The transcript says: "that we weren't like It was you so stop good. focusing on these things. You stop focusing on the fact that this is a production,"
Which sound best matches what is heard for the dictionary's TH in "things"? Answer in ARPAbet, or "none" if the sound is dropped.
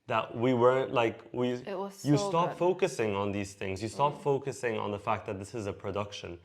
TH